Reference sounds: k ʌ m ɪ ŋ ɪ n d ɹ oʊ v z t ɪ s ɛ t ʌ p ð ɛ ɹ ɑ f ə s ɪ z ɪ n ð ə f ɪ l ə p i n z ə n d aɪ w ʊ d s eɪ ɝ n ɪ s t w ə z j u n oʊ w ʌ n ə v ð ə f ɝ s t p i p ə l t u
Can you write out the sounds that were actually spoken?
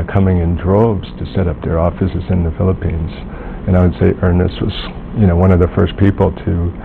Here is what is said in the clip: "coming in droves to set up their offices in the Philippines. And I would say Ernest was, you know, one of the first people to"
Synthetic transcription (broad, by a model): k ʌ m ɪ ŋ ɪ n d ɹ oʊ b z t ɪ s ɛ t ʌ p ð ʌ ɹ ɑ f ə s ɪ z ɪ n ð ə f ɪ l ə p i n z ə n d aɪ w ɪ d s eɪ ɝ n ɪ s t w ə z j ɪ n oʊ w ʌ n ə v ð ə f ɝ s p i p l t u